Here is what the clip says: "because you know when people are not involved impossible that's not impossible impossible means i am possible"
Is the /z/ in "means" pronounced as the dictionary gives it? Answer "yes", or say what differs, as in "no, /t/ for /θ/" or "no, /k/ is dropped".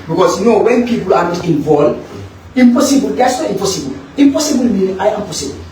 no, /z/ is dropped